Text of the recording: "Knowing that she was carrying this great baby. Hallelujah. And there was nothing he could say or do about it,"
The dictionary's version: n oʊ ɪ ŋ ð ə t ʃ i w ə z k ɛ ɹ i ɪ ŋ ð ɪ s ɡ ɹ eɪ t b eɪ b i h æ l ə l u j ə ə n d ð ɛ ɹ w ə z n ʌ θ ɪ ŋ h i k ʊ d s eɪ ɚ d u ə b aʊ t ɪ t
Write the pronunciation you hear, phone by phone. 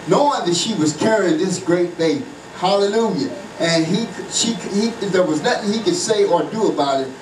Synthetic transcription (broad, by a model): n oʊ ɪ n ð ə t ʃ i w ə z k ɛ ɹ i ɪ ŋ ð ɪ s ɡ ɹ eɪ t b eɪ i h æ l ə l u j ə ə n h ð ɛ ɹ w ə z n ʌ θ ɪ ŋ h i k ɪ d s eɪ ɚ d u ə b aʊ t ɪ t